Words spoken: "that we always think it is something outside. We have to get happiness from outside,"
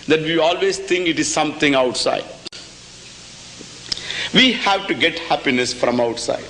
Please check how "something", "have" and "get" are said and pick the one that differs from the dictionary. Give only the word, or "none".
something